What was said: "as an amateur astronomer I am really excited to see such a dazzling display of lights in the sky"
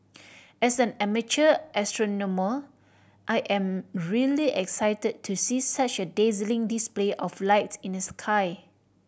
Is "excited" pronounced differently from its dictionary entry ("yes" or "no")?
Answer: no